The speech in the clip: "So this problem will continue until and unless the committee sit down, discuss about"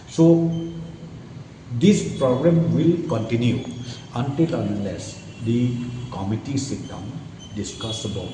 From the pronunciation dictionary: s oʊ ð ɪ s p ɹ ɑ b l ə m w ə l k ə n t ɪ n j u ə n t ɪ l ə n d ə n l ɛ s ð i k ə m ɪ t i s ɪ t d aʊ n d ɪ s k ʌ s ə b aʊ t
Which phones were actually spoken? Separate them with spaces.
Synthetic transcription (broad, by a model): s oʊ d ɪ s p ɹ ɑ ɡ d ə m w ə l k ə n t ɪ n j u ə n t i l ə n d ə l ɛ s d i k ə m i t i s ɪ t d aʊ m d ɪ s k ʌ s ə b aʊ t